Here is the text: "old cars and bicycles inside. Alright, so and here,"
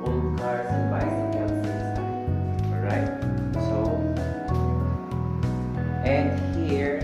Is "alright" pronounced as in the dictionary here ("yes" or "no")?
no